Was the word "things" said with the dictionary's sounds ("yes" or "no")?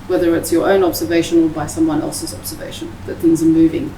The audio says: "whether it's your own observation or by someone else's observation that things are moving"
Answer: yes